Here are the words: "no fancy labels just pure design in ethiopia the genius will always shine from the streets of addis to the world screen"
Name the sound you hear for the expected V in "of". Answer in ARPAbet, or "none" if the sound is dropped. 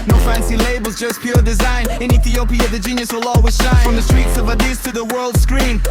V